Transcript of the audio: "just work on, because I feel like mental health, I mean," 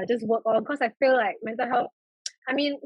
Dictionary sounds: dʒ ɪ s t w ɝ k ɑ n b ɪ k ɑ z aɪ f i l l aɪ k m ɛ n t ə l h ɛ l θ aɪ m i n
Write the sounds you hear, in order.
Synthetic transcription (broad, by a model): dʒ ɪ s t w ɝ k ɑ n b k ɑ s aɪ f i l l aɪ k m ɛ n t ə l h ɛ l f aɪ m i n